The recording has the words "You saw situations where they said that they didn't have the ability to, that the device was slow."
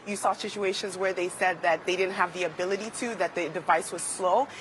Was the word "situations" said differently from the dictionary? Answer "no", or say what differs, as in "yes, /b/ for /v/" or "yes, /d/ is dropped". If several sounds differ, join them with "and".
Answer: no